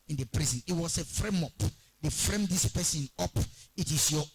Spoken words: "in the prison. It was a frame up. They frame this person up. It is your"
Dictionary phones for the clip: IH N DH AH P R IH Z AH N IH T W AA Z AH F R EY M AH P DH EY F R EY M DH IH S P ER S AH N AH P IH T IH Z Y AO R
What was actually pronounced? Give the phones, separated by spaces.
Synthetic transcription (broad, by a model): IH N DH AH P R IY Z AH N IH T W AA S AH F R EY M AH P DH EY F R EY M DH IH S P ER S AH N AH P IH T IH S Y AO